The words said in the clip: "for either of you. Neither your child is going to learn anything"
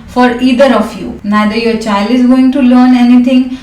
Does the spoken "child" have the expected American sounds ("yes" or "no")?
yes